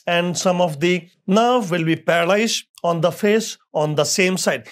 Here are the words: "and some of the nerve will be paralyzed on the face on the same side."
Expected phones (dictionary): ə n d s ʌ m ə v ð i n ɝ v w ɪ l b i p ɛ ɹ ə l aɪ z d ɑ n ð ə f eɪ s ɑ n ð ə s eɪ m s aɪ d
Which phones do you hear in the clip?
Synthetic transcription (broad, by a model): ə n d s ʌ m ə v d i n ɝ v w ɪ l b i p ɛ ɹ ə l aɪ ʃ ɑ n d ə f eɪ s ɑ n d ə s eɪ m s aɪ d